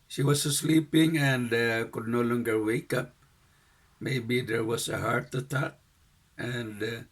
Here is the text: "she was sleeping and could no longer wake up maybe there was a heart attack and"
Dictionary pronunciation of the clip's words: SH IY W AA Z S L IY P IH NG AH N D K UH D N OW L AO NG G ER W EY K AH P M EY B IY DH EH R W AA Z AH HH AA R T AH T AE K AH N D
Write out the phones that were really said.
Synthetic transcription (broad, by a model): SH IY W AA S S L IY P IH NG AH N D K UH D N OW L AO NG G ER W EY K AH P M EY B IY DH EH R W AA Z AH HH AA R T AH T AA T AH N D